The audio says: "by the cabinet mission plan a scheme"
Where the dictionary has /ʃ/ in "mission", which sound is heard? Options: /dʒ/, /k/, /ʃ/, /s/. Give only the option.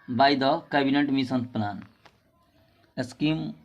/s/